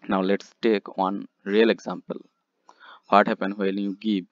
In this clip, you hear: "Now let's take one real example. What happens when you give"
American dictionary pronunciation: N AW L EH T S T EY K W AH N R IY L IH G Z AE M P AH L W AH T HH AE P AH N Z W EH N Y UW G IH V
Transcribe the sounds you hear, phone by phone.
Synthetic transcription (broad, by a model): N AW L EH T S T EY K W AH N R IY L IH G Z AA M P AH L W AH T HH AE P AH N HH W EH L Y UW G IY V